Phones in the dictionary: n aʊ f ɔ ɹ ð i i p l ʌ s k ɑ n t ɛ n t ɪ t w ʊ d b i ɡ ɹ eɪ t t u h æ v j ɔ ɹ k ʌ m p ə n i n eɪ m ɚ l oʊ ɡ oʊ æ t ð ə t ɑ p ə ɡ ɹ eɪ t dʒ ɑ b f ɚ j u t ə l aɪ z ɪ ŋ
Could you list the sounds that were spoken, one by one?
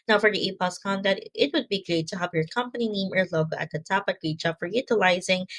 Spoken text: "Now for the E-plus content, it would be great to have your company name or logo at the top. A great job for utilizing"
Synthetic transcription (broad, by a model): n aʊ f ɔ ɹ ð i i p ʌ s k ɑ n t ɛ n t ɪ t w ʊ d b i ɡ ɹ eɪ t t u h æ v j ɔ ɹ k ʌ m p ə n i n eɪ m ɚ l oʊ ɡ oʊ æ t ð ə t ɑ p ə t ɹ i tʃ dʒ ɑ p f ɚ j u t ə l aɪ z ɪ ŋ